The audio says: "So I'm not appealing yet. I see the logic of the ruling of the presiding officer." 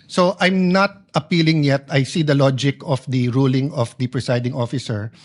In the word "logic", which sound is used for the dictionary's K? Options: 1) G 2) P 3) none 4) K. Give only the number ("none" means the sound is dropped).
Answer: 4